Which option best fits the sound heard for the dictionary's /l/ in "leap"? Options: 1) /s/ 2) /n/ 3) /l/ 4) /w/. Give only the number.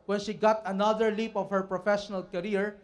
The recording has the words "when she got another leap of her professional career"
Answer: 3